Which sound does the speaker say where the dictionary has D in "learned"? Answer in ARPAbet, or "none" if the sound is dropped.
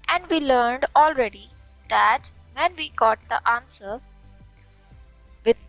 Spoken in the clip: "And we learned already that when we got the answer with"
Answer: D